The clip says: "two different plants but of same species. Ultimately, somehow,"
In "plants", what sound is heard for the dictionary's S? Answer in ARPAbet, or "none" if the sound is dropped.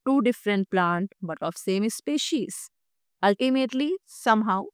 none